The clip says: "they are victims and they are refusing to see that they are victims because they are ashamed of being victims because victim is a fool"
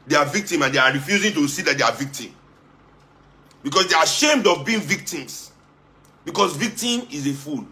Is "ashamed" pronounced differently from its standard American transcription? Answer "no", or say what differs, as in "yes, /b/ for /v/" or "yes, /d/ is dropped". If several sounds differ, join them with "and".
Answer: no